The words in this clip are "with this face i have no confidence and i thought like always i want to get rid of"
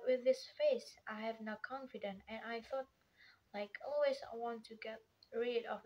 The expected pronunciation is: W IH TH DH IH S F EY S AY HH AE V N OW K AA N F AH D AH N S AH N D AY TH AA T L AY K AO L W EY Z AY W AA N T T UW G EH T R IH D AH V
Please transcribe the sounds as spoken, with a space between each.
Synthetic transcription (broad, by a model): W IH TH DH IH S F EY S AY HH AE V N OW K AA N F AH D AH N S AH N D AY TH AA T L AY K AO L W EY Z AY W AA N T T UW G EH T R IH D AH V